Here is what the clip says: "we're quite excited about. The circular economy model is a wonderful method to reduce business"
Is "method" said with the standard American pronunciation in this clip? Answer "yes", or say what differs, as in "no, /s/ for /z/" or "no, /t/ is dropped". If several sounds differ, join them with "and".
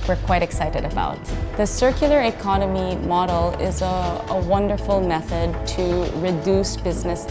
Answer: yes